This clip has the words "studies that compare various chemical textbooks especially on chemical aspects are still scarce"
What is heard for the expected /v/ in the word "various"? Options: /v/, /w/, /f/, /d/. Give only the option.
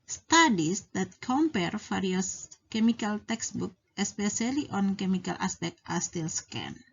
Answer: /f/